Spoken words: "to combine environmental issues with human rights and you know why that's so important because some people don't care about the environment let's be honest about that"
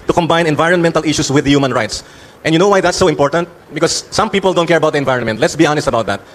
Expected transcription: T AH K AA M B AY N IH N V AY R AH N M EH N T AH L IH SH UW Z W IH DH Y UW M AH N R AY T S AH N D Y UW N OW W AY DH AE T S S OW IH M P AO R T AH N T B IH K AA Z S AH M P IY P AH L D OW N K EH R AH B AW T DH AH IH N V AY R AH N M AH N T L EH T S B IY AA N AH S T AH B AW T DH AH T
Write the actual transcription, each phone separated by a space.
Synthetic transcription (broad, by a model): T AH K AA M B AY N IH N V AY R AH N M EH N T AH L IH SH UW S W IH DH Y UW M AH N R AY T S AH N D Y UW N OW W AY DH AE T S S OW IH M P AO R T AH N T B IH K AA S AH M P IY P AH L D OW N K EH R AH B AW T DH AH IH N V AY R AH N M AH N T L EH T S B IY AA N AH S T AH B AW T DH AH T